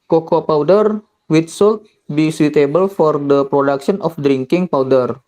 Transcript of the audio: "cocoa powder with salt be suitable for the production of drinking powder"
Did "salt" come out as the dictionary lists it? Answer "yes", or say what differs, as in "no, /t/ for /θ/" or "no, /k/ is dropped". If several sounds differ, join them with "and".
yes